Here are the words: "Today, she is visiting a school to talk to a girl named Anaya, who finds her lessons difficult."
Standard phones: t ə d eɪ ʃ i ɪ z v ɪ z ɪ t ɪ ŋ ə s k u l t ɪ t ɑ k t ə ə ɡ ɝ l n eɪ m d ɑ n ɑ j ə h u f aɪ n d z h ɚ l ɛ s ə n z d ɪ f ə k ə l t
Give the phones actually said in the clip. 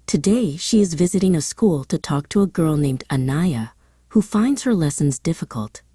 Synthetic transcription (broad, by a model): t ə d eɪ ʃ i ɪ z v ɪ z ɪ t ɪ ŋ ə s k u l t ɪ t ɑ k t ə ə ɡ ɝ l n eɪ m d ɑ n ɑ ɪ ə h u f aɪ n d z h ɚ l ɛ s ə n z d ɪ f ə k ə l t